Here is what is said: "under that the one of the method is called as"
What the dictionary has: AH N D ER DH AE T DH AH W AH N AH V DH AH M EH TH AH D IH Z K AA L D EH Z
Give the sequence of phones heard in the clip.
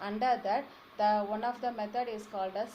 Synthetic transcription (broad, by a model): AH N D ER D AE T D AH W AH N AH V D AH M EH T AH D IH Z K AA L D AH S